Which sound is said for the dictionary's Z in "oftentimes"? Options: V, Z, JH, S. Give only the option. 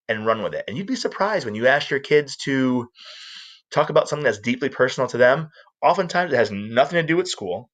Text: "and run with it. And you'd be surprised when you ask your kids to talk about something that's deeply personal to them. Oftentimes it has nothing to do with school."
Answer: Z